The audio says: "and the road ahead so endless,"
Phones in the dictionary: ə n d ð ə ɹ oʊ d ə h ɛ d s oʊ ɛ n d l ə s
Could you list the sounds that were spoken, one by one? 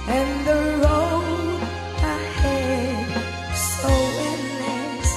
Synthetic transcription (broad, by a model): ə n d ð ə l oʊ ə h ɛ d s oʊ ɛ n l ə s